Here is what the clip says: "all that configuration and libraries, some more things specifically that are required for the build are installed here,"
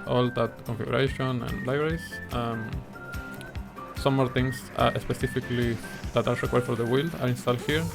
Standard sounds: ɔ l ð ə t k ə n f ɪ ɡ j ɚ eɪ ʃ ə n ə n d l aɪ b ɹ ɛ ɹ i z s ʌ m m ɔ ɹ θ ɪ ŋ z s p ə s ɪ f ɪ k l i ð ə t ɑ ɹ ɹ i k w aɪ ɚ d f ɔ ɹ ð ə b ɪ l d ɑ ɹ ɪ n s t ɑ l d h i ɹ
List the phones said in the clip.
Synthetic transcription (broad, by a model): ɔ l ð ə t k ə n f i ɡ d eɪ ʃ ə n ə n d l aɪ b ɹ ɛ ɹ i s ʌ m m ɔ ɹ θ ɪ ŋ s s p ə s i f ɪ k l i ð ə t ɑ ɹ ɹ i k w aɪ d f ɔ ɹ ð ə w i l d ɑ ɹ ɪ n s t ɑ l d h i ɹ